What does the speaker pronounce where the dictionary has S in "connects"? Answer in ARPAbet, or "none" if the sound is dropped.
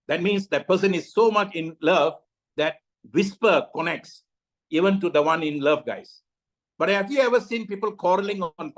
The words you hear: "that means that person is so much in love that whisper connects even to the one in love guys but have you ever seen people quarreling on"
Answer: S